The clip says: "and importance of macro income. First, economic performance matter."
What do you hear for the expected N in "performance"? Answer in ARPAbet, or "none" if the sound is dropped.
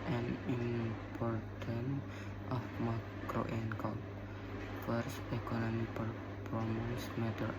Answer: none